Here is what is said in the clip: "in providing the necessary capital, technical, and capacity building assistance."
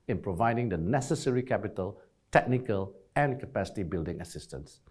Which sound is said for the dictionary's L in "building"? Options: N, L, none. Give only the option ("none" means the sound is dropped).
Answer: L